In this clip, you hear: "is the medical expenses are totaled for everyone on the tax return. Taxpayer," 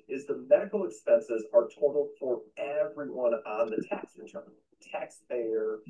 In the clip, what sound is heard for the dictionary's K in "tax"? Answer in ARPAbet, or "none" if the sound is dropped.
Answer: K